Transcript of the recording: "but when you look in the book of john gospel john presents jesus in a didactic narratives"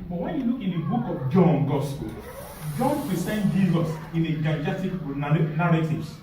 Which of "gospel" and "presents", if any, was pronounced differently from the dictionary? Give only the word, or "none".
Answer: presents